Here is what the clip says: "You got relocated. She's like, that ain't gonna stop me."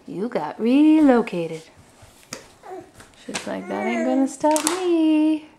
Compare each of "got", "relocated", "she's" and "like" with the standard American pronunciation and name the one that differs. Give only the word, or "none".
she's